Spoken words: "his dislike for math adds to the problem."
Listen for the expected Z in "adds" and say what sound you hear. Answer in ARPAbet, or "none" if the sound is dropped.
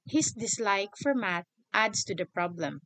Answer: S